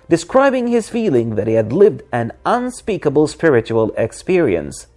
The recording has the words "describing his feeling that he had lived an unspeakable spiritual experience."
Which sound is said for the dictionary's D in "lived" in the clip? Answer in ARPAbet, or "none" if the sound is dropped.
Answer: D